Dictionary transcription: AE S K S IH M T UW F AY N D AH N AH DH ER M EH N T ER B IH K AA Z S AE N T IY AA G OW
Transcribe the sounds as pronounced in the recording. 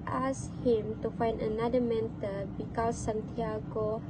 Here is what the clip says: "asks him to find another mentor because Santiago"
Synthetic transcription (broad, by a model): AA S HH IH M T UW F AY N D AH N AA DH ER M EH N T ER B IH K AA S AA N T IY AA G OW